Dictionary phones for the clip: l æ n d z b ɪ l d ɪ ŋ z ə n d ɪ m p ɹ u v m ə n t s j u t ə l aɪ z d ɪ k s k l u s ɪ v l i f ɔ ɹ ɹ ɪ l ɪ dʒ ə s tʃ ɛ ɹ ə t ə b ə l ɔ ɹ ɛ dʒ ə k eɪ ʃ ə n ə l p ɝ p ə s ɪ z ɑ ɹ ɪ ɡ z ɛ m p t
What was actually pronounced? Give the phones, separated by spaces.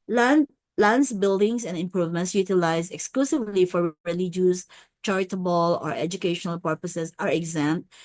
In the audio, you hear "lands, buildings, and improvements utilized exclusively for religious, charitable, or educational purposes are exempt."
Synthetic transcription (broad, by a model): l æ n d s b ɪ l d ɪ ŋ s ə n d ɪ m p ɹ u v m ə n t s j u t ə l aɪ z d ɪ k s k l u s ɪ v l i f ɔ ɹ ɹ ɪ l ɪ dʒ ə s tʃ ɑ ɹ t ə b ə l ɔ ɹ ɛ dʒ ə k eɪ ʃ ə n ə l p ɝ p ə s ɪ s ɑ ɹ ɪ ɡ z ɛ m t